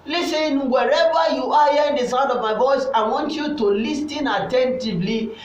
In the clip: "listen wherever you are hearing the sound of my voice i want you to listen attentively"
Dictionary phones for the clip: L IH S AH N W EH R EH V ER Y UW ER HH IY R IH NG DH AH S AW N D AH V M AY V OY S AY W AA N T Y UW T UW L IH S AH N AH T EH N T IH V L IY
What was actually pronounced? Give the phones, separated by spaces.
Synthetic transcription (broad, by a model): L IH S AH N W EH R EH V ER Y UW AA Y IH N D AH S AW D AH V M AY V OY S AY W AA N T Y UW T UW L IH S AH N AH T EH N T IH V L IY